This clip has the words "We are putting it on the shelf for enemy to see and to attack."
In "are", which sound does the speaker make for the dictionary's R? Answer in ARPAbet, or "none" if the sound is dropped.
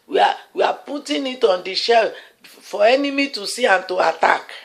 W